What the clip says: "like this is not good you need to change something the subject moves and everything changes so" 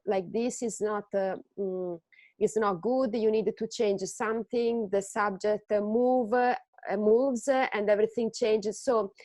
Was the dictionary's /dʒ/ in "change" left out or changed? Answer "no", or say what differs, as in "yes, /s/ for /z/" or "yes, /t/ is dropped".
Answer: no